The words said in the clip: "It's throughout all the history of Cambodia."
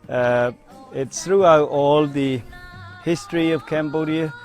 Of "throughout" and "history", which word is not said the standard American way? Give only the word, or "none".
none